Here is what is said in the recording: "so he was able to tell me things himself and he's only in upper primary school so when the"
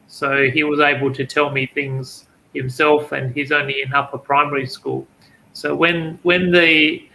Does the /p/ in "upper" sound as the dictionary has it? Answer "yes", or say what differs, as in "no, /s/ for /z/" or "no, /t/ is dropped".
no, /f/ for /p/